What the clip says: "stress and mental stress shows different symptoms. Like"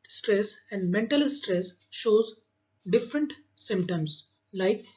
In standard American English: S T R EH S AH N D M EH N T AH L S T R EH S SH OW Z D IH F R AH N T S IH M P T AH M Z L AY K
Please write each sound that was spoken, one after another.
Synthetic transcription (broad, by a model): S T R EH S AH N D M EH N T AH L S T R EH S SH OW Z D IH F R AH N T S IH M P T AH M S L AY K